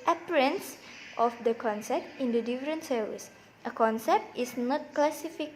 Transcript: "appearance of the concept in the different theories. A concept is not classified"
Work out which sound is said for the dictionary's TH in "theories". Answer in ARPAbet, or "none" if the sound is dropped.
S